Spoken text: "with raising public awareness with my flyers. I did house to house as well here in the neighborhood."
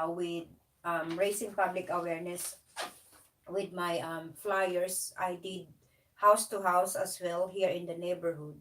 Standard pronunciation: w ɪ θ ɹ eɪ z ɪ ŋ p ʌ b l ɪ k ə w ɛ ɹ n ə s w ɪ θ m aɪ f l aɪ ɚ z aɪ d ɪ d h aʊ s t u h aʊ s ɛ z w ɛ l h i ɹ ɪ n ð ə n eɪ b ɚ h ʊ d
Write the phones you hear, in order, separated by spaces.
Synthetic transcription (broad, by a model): w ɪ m ɹ eɪ s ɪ ŋ p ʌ b l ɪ k ə w ɛ ɹ n ə s w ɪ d m aɪ f l aɪ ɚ s aɪ d ɪ d h aʊ s t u h aʊ s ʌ s w ɛ l h i ɹ ɪ n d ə n eɪ b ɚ h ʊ d